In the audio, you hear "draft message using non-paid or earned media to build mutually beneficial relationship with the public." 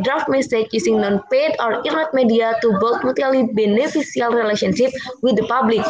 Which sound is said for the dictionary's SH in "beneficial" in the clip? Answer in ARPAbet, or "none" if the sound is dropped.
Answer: S